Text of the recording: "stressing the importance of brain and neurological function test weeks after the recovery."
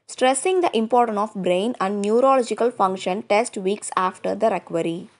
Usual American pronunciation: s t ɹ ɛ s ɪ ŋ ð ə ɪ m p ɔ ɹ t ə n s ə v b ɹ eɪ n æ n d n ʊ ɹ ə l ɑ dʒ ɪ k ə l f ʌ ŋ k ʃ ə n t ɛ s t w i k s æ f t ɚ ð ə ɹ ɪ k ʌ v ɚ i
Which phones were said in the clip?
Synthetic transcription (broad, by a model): s t ɹ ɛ s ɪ ŋ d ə ɪ m p ɔ ɹ t ə n s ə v b ɹ eɪ n æ n d n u ɹ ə l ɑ dʒ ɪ k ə l f ʌ ŋ k ʃ ə n t ɛ s t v i k s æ f t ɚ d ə ɹ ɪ k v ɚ i